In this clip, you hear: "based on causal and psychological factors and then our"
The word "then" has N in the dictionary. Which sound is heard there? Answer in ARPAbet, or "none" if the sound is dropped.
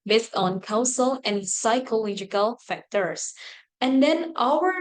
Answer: N